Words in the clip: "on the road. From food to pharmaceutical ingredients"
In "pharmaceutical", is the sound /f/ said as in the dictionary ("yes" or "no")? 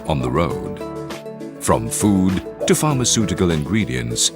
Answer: yes